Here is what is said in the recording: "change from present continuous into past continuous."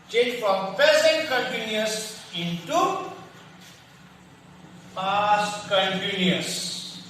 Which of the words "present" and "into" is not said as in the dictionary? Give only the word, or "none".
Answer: present